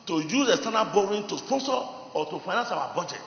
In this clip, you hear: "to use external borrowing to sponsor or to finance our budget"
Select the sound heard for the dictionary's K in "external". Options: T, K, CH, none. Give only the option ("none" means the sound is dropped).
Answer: none